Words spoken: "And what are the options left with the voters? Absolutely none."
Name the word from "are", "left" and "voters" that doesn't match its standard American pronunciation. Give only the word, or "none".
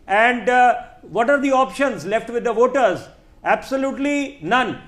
none